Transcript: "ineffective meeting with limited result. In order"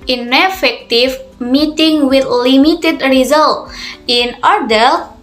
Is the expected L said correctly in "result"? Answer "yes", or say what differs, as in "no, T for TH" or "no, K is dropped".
yes